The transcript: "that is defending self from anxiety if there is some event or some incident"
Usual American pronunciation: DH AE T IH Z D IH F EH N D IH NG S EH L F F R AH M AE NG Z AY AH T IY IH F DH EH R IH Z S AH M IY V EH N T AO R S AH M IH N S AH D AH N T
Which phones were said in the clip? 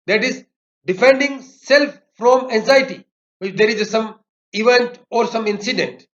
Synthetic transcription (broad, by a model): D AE T IH Z D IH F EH N D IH NG S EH L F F R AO M AE NG Z AY AH T IY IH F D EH R IH Z S AH M IY V EH N T AO R S AH M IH N S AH D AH N T